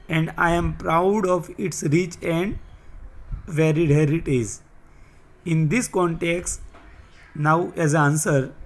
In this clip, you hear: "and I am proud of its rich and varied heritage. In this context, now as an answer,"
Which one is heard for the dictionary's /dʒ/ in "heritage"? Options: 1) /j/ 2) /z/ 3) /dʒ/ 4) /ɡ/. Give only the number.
2